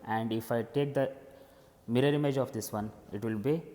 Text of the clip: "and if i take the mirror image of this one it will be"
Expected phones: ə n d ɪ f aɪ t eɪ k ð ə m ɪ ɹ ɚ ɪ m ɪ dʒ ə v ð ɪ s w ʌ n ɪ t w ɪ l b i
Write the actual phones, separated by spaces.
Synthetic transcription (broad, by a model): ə n d ɪ f aɪ t eɪ k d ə m ɪ ɹ ɚ ɪ m ɪ dʒ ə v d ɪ s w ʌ n ɪ t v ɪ l b i